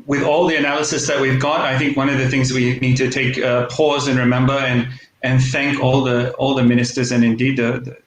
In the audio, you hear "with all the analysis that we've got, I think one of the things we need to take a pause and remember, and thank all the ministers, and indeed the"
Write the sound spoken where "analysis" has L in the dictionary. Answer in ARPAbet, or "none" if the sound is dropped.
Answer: L